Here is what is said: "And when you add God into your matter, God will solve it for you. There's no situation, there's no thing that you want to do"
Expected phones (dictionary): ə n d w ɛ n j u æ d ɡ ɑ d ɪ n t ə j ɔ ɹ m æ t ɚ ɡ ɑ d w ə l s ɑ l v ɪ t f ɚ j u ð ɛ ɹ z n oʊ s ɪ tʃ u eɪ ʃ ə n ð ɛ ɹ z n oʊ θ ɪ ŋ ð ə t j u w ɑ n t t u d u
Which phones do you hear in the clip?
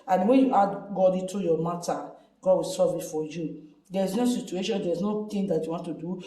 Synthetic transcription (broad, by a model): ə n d w ɛ n j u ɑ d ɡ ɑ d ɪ t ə j ɔ m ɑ t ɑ ɡ ɑ d w ə l s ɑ v ɪ t f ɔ j u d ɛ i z n oʊ s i tʃ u eɪ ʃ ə n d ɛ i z n oʊ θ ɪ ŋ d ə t j u w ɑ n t t u d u